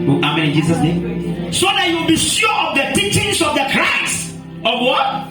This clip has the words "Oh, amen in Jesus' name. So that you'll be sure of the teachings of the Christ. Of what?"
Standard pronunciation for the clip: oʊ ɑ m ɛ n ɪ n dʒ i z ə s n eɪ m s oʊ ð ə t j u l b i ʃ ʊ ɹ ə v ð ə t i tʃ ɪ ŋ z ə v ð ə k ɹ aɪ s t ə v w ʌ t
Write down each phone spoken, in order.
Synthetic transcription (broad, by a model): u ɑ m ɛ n ɪ n dʒ i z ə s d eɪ s oʊ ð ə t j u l b i ʃ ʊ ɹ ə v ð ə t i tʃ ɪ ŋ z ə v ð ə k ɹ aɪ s ə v w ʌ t